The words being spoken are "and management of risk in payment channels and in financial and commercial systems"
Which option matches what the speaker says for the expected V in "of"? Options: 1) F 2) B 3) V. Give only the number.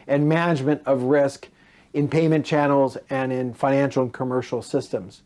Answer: 3